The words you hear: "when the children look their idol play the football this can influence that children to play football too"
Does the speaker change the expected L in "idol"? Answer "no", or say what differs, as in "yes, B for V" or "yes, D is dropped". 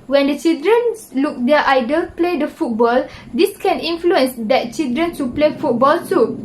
no